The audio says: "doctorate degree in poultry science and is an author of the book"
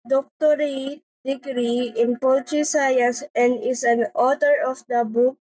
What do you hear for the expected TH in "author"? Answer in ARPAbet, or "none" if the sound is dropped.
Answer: T